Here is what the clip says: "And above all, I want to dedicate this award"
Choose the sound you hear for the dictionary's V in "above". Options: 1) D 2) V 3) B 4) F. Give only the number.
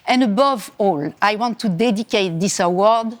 2